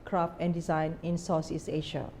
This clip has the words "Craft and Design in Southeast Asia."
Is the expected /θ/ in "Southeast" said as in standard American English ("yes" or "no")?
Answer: no